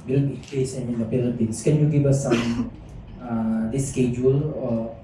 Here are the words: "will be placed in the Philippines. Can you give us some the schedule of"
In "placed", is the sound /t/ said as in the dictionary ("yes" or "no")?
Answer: no